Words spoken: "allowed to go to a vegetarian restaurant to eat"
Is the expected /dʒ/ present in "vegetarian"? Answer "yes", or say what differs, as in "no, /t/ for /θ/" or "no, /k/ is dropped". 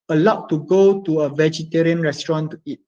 yes